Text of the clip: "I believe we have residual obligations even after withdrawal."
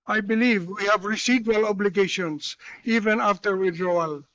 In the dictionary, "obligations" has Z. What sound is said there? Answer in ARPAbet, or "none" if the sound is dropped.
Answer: S